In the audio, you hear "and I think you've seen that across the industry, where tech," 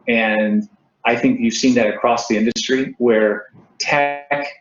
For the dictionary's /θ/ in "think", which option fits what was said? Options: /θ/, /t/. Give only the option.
/θ/